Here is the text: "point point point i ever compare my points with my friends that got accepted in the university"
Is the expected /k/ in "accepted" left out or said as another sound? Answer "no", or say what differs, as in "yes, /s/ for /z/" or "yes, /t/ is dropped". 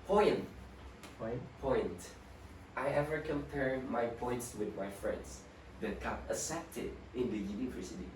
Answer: yes, /k/ is dropped